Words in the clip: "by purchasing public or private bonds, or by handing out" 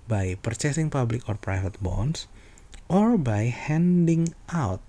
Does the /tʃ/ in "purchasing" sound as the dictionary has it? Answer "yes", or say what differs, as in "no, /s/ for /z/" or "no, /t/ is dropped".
yes